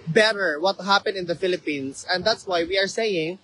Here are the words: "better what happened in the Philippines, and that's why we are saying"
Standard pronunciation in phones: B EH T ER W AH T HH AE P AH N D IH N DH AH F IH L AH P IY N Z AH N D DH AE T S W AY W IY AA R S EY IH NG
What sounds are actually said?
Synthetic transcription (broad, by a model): B EH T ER W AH T HH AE P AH N IH N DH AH F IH L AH P IY N S AH N D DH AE T S W AY W IY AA R S EY IH NG